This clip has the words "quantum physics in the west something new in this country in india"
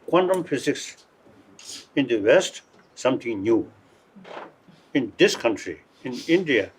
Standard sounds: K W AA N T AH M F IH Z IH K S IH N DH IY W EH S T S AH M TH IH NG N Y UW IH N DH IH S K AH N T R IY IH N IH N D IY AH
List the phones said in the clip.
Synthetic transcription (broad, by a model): K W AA N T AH M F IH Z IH K S IH N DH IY W EH S T S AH M T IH NG N Y UW IH N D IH S K AH N T R IY IH N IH N D IY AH